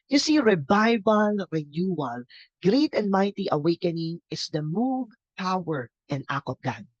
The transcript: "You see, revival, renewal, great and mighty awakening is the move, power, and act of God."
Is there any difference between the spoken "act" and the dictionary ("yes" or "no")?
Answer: yes